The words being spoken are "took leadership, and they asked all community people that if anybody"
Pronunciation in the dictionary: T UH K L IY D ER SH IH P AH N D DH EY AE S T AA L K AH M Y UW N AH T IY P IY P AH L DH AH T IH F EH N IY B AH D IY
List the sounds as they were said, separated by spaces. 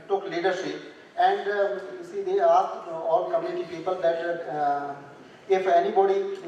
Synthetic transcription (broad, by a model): T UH K L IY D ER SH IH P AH N D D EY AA T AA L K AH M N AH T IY P IY P AH L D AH T IH F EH N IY B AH D IY